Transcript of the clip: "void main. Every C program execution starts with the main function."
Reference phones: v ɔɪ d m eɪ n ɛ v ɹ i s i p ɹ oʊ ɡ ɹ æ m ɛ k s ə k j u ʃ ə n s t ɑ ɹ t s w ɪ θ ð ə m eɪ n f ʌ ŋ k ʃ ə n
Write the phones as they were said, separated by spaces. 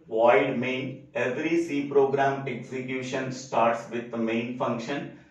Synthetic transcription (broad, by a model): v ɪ d m eɪ n ɛ v ɹ i s i p ɹ oʊ ɡ ɹ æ m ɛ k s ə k j u ʃ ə n s t ɑ ɹ t s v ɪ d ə m eɪ n f ʌ ŋ k ʃ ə n